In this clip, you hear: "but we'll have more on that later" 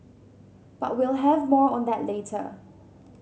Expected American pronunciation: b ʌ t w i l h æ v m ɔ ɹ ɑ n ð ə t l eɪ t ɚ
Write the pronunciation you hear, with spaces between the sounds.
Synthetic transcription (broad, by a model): b ʌ t w i l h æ v m ɔ ɹ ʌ n ð ə t l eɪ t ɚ